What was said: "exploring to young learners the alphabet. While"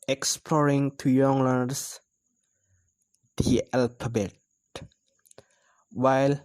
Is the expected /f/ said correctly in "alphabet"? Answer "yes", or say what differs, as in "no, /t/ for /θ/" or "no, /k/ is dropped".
no, /p/ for /f/